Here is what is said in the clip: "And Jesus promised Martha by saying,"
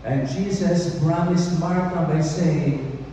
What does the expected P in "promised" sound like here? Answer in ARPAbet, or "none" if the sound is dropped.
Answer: B